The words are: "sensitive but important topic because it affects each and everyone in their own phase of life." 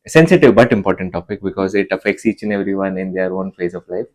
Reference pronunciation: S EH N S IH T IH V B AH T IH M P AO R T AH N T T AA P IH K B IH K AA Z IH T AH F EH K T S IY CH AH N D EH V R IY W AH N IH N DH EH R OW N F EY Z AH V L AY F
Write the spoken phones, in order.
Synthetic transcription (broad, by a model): S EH N S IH T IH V B AH T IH M P AO R T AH N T T AA P IH K B IH K AA Z IH T AH F EH K T S IY CH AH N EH V R IY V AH N IH N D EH R OW N F EY Z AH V L AY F